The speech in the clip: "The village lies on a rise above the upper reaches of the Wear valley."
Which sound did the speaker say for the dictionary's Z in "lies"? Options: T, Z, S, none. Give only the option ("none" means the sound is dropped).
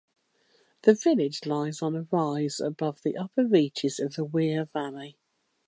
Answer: Z